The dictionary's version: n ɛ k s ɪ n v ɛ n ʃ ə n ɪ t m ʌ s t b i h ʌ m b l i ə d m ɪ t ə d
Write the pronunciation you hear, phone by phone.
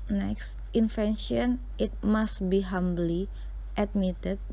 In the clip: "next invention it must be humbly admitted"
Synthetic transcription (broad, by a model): n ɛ k s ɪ n f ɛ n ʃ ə n ɪ t m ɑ s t b i h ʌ m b l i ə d m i t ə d